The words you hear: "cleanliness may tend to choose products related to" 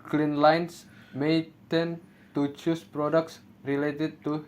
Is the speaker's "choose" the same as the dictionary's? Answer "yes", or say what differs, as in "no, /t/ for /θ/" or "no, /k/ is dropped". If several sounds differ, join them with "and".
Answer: no, /s/ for /z/